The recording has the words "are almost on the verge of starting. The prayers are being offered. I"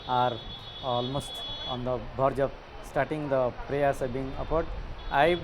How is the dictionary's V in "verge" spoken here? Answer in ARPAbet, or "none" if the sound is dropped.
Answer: B